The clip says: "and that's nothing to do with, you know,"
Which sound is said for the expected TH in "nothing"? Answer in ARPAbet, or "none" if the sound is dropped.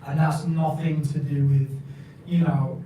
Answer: TH